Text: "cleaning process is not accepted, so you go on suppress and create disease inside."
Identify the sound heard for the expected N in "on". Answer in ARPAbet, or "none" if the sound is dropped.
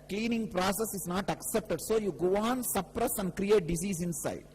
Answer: N